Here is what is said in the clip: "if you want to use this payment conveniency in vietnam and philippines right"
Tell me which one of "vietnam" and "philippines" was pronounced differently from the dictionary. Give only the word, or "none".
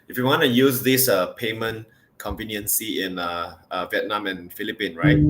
philippines